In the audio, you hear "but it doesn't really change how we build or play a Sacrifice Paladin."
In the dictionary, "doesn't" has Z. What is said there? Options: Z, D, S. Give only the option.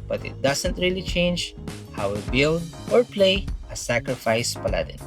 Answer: S